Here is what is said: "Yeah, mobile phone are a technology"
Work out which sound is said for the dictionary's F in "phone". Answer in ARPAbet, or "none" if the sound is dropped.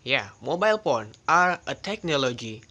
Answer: P